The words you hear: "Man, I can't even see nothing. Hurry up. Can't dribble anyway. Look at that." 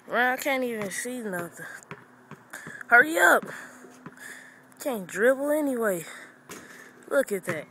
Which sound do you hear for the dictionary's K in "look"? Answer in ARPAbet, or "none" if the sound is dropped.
K